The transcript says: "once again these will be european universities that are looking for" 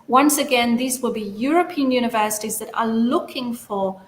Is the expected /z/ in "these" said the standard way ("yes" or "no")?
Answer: yes